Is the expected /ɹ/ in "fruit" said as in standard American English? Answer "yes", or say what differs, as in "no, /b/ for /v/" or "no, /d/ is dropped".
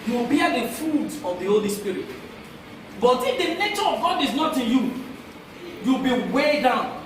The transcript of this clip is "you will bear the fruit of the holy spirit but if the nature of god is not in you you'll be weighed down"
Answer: no, /ɹ/ is dropped